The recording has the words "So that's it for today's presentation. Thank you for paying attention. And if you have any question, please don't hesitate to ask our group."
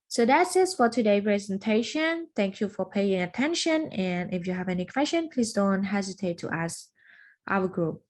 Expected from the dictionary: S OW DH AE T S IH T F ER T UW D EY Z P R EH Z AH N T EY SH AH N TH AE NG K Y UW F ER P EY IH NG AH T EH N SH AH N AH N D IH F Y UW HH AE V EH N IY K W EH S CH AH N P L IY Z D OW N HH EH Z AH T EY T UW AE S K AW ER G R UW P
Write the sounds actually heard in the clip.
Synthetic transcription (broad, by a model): S OW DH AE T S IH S F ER T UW D EY P R EH Z AH N T EY SH AH N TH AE NG K Y UW F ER P EY IH NG AH T EH N SH AH N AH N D IH F Y UW HH AE V EH N IY K W EH S CH AH N P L IY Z D OW N HH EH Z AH T EY T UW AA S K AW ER G R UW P